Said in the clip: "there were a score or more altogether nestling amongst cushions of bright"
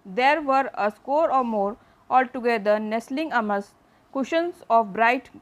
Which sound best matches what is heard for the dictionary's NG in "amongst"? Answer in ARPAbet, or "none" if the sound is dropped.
none